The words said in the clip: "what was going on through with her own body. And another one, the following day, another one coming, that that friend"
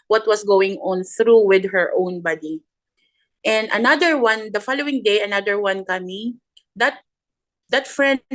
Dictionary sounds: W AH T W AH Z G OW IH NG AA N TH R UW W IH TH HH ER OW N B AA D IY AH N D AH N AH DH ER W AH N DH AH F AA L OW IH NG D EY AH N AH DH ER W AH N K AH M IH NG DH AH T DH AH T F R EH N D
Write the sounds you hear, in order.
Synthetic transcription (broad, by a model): W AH T W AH S G OW IH NG AA N TH R UW W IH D HH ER OW N B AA D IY AH N D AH N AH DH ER W AH N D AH F AA L OW IH NG D EY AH N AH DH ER W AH N K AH M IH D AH T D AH T F R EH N